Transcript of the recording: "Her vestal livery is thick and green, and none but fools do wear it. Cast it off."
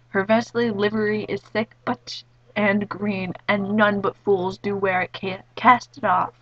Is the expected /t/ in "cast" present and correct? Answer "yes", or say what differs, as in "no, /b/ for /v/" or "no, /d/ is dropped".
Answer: yes